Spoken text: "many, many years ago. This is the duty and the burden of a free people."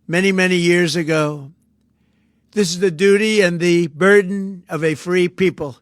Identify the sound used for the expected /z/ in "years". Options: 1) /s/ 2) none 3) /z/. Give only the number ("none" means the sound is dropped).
3